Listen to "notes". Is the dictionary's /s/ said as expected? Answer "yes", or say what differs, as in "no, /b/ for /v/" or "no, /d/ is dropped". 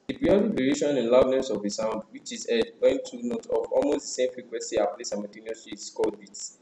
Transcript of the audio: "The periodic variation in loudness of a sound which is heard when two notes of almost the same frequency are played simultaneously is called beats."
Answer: no, /s/ is dropped